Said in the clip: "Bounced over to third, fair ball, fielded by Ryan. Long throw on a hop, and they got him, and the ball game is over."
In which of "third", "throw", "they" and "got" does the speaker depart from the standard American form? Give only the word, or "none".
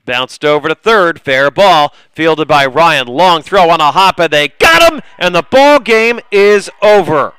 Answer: none